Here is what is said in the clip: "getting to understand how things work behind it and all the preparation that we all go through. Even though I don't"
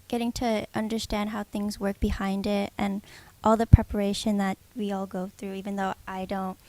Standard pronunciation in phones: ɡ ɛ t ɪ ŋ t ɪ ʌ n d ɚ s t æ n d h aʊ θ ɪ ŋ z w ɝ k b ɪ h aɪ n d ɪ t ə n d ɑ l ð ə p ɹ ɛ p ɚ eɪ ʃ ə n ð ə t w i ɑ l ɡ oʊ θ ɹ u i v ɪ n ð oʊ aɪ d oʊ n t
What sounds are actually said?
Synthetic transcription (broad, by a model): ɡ ɛ t ɪ ŋ t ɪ ʌ n d ɚ s t æ n d h aʊ θ ɪ ŋ z w ɝ k b ɪ h aɪ n d ɪ t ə n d ɑ l ð ə p ɹ ɛ p ɚ eɪ ʃ ə n ð ə t w i ɑ l ɡ oʊ θ ɹ u i v ɪ n ð oʊ aɪ d oʊ n t